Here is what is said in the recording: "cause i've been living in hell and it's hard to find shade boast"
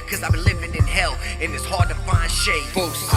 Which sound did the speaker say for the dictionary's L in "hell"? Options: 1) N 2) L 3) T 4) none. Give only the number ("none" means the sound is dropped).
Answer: 2